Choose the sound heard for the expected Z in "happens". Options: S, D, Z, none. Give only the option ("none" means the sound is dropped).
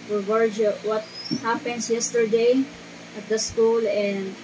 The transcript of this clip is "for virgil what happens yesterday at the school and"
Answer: S